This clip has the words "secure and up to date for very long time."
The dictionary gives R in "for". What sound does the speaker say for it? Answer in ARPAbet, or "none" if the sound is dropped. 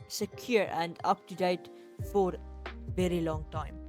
R